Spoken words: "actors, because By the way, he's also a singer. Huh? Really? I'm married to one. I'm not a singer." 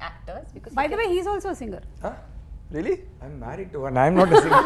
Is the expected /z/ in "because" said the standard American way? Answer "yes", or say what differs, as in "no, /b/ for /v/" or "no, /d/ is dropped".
no, /z/ is dropped